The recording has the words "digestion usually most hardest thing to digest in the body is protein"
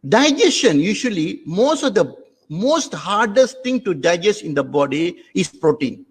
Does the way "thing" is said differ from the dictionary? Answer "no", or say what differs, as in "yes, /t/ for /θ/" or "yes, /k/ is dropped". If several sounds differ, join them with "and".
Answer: yes, /t/ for /θ/